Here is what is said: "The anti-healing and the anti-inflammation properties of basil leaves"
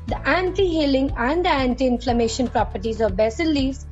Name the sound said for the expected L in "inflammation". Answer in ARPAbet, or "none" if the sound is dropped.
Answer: L